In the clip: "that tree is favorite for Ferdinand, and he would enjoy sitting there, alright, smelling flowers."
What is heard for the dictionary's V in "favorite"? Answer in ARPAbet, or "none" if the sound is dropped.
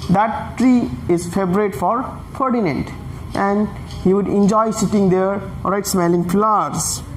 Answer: B